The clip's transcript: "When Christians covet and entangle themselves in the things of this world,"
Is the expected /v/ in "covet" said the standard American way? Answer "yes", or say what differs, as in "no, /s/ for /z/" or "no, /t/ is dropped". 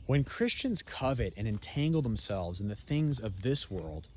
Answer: yes